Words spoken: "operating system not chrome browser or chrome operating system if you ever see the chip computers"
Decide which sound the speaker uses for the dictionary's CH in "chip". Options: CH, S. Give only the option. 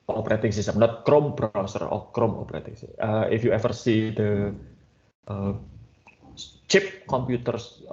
CH